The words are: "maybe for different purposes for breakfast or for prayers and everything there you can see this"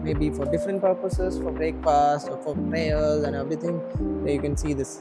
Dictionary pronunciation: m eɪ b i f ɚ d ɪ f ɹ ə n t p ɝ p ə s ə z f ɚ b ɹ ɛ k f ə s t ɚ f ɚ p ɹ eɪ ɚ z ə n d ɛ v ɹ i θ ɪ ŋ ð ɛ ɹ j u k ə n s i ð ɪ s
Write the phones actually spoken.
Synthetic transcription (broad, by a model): m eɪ b i f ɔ d ɪ f ɹ ə n t p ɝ p ə s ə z f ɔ b ɹ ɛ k p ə s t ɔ f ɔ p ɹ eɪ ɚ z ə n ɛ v ɹ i t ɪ ŋ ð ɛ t j u k ə n s i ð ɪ s